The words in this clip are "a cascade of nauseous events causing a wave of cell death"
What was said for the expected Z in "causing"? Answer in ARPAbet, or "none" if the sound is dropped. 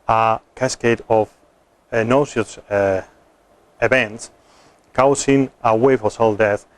S